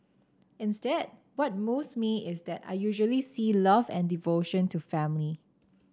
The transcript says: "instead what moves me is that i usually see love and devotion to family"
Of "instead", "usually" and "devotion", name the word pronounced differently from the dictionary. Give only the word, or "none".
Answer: none